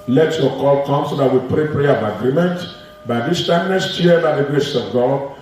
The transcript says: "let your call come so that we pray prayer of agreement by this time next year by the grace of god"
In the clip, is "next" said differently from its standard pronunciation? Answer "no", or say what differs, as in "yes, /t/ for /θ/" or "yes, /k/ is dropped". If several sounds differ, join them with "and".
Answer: yes, /k/ is dropped